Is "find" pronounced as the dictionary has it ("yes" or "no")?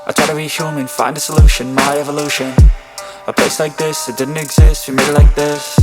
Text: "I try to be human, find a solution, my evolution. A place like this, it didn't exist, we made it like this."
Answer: yes